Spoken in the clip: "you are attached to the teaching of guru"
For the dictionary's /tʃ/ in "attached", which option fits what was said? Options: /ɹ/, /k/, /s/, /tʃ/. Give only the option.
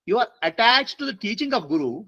/tʃ/